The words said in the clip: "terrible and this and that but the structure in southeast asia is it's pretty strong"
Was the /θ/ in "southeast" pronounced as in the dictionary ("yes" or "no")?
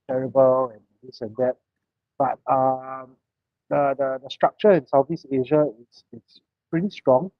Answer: no